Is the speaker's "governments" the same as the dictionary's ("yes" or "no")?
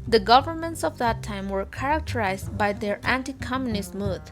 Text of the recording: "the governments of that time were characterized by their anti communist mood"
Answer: yes